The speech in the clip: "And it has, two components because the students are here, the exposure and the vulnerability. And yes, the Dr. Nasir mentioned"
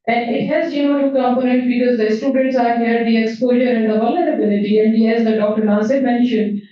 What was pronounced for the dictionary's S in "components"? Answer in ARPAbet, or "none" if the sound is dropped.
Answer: none